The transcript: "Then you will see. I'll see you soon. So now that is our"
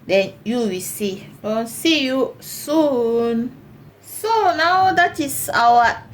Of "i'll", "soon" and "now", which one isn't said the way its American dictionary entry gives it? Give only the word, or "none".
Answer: i'll